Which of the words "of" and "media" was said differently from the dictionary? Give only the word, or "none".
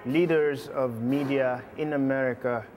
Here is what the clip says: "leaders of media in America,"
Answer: none